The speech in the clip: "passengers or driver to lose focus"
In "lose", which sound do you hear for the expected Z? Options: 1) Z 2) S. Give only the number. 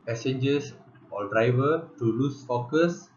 2